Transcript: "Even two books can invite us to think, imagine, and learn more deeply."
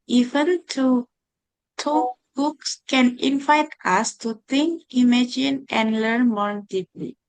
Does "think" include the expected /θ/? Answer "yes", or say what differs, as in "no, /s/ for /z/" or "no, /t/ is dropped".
no, /t/ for /θ/